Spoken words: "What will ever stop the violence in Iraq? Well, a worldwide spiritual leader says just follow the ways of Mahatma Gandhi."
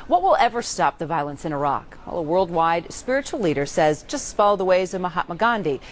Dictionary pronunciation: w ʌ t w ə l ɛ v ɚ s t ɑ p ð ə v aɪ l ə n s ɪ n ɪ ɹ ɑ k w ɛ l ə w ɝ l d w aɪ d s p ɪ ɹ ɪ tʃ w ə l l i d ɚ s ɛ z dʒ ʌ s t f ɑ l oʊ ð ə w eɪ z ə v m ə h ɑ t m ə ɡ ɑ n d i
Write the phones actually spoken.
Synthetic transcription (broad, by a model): w ʌ t w ə l ɛ v ɚ s t ɑ p ð ə v aɪ l ə n s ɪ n ɪ ɹ ɑ k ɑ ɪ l ə w ɝ l d w aɪ d s p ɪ ɹ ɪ tʃ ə l l i d ɚ s ɛ z dʒ ʌ s t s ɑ l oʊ ð ə w eɪ z ə v m ə h ɑ t m ə ɡ ɑ n d i